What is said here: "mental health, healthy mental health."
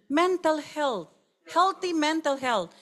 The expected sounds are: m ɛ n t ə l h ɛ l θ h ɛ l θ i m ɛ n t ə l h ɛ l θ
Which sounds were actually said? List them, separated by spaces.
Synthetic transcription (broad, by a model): m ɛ n t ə l h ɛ l t h ɛ l t i m ɛ n t ə l h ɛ l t